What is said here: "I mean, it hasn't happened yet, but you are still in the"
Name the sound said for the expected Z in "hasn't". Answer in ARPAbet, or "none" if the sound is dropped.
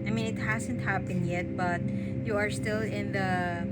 Z